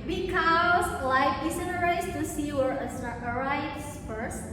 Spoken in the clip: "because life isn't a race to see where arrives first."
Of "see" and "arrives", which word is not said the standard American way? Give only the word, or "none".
arrives